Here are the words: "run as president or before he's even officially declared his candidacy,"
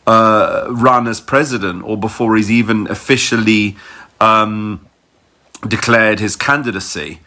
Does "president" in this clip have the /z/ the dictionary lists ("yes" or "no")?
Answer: yes